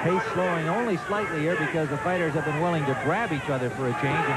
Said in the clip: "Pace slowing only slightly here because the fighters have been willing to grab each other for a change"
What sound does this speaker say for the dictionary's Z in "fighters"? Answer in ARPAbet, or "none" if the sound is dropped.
Z